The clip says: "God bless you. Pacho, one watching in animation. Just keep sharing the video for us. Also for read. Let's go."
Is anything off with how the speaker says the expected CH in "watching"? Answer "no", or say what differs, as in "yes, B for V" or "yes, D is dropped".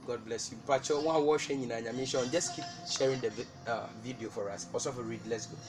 yes, SH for CH